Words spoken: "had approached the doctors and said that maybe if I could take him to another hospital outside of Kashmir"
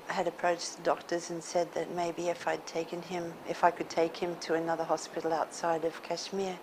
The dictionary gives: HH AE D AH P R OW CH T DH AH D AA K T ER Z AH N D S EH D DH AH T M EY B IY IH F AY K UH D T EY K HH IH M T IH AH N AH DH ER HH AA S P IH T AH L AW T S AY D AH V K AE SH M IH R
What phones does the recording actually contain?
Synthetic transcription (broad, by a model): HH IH D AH P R OW CH DH AH D AA K T ER Z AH N S EH D DH AH T M EY B IY IH F AY K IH D T EY K HH IH M T IH AH N AH DH ER HH AA S P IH T L AW T S AY D AH V K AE SH M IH R